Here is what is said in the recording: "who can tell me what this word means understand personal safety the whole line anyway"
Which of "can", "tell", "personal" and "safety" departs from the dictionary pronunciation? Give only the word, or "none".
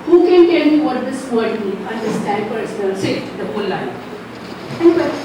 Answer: safety